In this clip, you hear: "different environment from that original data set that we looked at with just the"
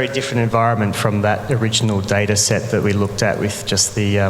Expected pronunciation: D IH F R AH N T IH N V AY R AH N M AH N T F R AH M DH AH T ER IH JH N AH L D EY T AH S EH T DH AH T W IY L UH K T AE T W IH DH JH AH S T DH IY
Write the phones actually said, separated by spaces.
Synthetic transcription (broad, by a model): D IH F R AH N T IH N V AY R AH N M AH N T F R AH M DH AH T ER IH JH N AH L D EY T AH S EH T DH AH T W IY L UH K T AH T W IH DH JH AH S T DH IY